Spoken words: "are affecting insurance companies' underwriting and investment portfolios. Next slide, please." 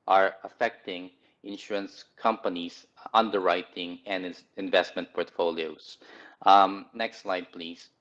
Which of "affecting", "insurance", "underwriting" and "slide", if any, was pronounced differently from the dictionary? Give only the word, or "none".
none